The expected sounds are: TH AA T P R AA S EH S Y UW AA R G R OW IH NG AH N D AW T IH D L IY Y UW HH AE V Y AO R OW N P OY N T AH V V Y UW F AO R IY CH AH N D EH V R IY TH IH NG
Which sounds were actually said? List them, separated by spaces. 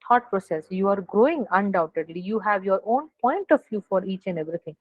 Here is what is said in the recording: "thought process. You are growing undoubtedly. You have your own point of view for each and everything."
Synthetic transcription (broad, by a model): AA T P R AA S EH S Y UW AA R G R OW IH NG AH N D AW T IH D L IY Y UW HH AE V Y AO R OW N P OY N T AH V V Y UW F AO R IY CH AH N D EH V R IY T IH NG